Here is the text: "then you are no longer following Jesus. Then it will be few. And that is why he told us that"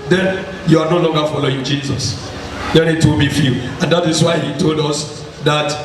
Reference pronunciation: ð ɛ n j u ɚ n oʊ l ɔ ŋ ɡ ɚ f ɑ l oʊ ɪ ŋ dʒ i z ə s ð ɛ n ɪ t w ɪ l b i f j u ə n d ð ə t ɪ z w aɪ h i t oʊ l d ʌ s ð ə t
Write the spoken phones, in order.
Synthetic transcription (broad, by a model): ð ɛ n j u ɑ n oʊ l ɔ ŋ ɡ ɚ f ɑ l oʊ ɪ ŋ dʒ i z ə s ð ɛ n ɪ t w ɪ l b i f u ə n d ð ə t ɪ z w aɪ h i t oʊ l d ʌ s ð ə t